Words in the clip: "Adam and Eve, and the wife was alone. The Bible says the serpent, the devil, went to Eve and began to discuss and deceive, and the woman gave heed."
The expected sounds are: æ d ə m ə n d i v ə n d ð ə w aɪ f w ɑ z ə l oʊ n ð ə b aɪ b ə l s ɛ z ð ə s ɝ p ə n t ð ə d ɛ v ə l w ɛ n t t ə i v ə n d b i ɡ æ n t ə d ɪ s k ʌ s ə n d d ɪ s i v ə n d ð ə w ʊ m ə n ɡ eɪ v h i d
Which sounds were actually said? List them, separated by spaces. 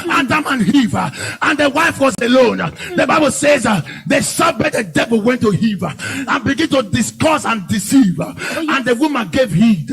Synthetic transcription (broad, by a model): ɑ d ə m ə n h i v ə n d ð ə w aɪ f w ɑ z ə l oʊ n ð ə b aɪ b ə l s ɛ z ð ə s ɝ b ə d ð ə d ɛ v ə l w ɛ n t t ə i v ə n b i ɡ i n t ə d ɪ s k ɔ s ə n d d ɪ s i v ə n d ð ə w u m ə n ɡ eɪ v h i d